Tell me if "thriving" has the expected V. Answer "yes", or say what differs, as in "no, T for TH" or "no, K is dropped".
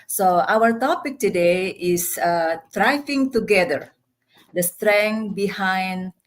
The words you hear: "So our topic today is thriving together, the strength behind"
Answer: no, F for V